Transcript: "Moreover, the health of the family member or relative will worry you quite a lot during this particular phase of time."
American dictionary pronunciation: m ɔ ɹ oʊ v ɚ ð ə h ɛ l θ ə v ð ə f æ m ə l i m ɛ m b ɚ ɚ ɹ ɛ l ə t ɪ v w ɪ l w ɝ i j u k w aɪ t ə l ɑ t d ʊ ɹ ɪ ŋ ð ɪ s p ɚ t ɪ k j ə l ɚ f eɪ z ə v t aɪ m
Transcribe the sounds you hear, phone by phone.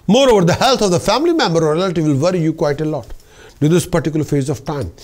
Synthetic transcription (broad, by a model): m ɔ ɹ oʊ v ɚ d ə h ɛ l t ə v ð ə f æ m ə l i m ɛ m b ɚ ɚ ɹ ɛ l ə t ɪ v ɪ l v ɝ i j u k w aɪ t ə l ɑ t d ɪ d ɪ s p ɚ t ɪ k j l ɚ f eɪ z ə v t aɪ m